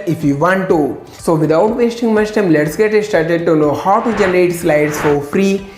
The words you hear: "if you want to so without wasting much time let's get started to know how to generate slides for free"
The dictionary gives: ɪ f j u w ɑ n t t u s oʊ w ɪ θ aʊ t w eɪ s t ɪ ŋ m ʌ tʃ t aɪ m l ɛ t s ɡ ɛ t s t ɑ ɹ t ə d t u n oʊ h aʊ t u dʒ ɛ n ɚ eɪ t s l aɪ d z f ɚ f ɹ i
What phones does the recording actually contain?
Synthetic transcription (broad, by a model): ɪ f j u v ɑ n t t u s oʊ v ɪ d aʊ t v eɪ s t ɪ ŋ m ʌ s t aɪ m l ɛ t s ɡ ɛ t s t ɑ ɹ t ə d t u n oʊ h aʊ t u dʒ ɛ n ɚ eɪ t s l aɪ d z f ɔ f ɹ i